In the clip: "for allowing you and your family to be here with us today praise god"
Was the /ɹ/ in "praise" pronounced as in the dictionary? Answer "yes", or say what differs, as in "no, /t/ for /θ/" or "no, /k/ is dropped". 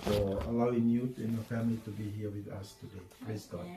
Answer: no, /l/ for /ɹ/